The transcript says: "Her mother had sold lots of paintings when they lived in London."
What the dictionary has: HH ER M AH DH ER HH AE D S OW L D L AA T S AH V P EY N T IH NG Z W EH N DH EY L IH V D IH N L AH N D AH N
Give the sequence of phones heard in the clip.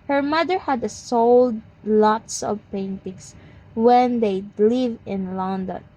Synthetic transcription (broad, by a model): HH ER M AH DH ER HH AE D S OW L D L AA T S AH V P EY N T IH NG S W EH N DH EY L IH V IH N L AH N D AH N